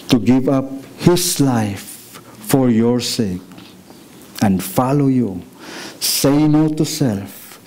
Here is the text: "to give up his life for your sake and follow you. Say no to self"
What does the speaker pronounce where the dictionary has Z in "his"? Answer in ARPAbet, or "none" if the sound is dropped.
S